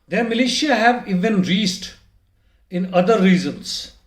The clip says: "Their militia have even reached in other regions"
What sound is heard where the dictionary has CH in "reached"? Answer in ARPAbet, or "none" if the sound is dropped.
S